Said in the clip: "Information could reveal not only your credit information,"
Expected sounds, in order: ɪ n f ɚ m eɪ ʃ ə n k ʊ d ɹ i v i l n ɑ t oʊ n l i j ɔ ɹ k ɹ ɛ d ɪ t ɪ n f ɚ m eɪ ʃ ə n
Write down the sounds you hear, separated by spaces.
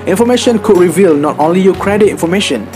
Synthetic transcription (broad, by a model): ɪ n f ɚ m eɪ ʃ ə n k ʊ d ɹ i v i l n ɑ t oʊ n l i j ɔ k ɹ ɛ d ɪ t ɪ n f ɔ m eɪ ʃ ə n